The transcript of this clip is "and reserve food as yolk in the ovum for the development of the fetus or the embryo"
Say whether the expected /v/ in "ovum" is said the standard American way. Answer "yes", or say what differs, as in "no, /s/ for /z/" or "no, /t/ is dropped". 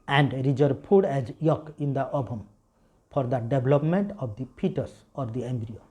no, /b/ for /v/